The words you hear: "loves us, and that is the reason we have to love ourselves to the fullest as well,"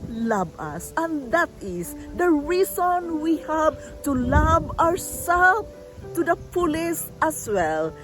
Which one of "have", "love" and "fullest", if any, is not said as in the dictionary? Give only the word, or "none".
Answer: fullest